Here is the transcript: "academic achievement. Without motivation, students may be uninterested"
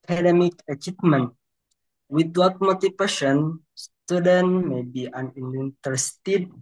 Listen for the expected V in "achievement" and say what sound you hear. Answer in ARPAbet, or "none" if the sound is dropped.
P